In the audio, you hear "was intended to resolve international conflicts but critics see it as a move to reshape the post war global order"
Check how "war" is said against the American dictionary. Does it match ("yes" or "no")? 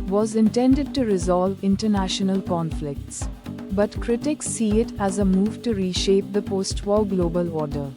no